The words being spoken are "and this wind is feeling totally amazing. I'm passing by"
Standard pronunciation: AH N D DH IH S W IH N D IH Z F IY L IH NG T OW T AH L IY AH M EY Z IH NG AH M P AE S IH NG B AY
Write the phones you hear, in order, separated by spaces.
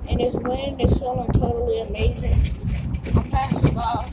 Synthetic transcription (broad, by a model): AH N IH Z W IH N IH Z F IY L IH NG T OW T L IY AH M EY Z IH NG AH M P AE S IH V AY